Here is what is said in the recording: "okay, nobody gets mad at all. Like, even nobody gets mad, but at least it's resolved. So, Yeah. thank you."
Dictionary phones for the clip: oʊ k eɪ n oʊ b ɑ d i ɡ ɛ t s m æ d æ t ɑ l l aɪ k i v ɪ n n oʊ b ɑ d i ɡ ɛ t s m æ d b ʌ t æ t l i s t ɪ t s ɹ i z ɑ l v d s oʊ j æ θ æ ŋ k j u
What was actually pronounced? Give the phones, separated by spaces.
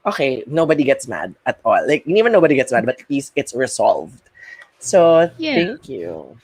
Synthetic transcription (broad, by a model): oʊ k eɪ n oʊ b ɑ d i ɡ ɛ t s m æ d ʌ t ɑ l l aɪ k i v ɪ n n oʊ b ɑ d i ɡ ɛ t s m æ d b ʌ t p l i s ɪ t s ɹ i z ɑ l v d s oʊ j θ æ ŋ k j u